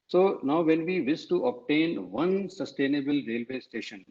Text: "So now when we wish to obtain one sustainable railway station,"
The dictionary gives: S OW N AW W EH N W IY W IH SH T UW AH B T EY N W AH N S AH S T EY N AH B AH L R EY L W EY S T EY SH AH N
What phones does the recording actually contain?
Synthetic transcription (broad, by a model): S OW N AW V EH N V IY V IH S T UW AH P T EY N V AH N S AH S T EY N AH B AH L R EY L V EY S T EY SH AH N